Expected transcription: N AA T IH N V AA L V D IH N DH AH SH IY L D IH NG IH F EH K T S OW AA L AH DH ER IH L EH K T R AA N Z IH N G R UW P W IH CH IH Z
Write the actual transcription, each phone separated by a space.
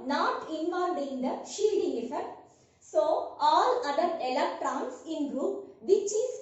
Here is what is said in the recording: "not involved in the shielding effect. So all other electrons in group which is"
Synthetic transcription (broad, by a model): N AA T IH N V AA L D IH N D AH SH IY L D IH NG IH F EH K T S OW AA L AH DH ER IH L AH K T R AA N S IH N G R UW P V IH CH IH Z